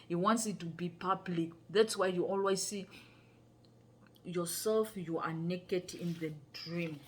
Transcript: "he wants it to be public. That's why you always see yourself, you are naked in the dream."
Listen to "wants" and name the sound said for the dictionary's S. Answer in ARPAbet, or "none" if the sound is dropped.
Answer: S